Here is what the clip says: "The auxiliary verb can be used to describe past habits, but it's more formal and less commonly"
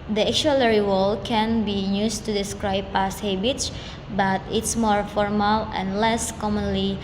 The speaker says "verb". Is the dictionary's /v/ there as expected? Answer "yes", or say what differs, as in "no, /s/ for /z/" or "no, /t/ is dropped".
no, /w/ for /v/